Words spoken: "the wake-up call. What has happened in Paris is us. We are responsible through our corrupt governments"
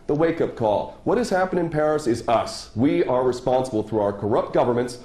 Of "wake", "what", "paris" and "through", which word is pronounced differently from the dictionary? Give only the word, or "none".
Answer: none